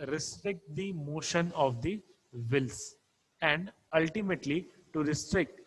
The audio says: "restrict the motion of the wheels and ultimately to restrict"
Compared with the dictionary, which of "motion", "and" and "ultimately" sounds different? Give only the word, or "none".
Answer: none